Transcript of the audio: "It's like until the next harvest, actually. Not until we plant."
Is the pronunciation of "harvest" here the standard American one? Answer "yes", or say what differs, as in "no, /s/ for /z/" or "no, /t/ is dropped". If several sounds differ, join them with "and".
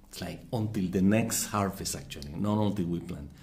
no, /f/ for /v/ and /t/ is dropped